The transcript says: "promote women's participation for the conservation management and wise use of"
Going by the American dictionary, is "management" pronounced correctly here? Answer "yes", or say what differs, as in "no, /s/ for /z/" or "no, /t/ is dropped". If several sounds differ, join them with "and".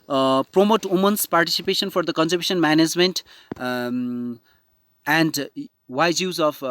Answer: yes